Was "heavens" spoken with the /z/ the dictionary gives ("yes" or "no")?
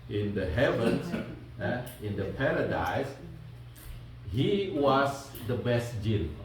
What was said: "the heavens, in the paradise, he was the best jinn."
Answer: no